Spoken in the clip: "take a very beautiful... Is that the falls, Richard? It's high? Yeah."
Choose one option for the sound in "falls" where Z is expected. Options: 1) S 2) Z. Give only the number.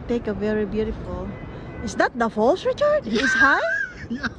1